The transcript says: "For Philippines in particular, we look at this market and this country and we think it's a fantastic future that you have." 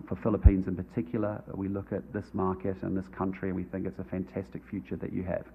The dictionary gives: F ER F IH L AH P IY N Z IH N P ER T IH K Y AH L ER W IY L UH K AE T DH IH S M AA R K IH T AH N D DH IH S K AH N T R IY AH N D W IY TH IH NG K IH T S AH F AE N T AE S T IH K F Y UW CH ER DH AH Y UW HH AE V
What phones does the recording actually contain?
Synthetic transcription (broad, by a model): F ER F IH L AH P IY N Z IH N P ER T IH K Y L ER W IY L UH K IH T DH IH S M AA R K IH T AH N DH IH S K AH N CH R IY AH N W IY TH IH NG K IH T S AH F AE N T AE S T IH K F Y UW CH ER DH AH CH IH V